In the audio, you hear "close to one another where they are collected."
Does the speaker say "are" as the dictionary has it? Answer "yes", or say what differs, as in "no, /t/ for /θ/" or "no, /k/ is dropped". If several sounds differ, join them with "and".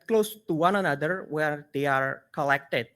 yes